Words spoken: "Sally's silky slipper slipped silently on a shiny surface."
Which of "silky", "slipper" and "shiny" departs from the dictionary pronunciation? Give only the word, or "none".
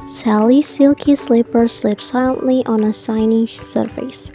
shiny